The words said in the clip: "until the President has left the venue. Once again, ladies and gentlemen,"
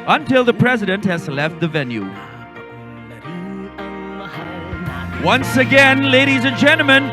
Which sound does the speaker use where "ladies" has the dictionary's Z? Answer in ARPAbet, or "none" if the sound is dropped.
Z